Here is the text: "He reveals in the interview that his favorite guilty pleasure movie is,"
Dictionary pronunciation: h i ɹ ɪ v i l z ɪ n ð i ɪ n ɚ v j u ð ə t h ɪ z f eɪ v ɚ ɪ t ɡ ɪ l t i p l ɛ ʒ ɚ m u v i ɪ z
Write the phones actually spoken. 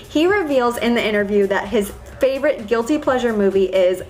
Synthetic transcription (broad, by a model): h i ɹ ɪ v i l z ɪ n ð i ɪ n ɚ v j u ð ə t h ɪ z f eɪ v ɚ ɪ t ɡ ɪ l t i p l ɛ ʒ ɚ m u v i ɪ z